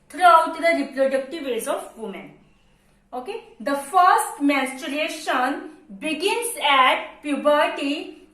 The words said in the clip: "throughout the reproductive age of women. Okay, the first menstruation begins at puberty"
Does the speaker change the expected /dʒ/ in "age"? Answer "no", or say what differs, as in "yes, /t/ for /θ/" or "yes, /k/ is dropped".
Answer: yes, /z/ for /dʒ/